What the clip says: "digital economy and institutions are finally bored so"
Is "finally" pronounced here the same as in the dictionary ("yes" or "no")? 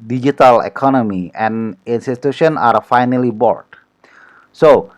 yes